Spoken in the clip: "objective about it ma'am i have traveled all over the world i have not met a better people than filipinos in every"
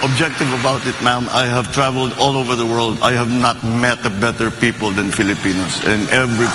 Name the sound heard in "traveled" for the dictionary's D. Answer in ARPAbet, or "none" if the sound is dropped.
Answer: D